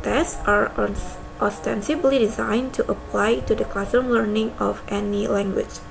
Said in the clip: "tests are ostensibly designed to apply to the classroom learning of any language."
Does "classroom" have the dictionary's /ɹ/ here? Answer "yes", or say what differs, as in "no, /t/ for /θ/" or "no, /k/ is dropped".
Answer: no, /ɹ/ is dropped